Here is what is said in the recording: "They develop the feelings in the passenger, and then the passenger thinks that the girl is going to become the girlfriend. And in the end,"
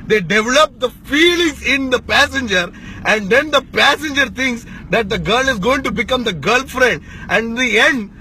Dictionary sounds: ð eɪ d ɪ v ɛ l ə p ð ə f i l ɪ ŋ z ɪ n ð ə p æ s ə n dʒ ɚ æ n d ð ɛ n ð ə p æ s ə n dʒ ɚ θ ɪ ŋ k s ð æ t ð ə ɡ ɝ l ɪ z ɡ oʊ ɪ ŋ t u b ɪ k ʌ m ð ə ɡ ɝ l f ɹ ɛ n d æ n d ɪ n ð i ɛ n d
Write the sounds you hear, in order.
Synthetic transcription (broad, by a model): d eɪ d ɪ v ɛ l ə p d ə f i l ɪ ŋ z ɪ n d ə p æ s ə n dʒ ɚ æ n d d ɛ n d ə p æ s ə n dʒ ɚ t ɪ ŋ k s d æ t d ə ɡ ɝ l ɪ z ɡ oʊ ɪ ŋ t u b ɪ k ʌ m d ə ɡ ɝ l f ɹ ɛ n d æ n d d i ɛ n d